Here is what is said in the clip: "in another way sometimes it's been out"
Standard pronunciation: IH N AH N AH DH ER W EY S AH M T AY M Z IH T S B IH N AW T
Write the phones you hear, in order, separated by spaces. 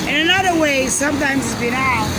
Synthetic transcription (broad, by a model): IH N AH N AH DH ER W EY S AH M T AY M Z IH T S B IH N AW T